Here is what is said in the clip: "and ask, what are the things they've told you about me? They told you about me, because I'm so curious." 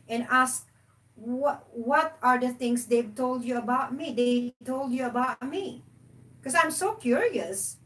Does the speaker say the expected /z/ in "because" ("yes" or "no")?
no